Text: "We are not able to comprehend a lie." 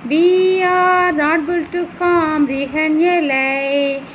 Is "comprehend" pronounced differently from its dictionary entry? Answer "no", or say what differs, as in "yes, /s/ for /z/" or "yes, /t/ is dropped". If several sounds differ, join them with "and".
yes, /p/ is dropped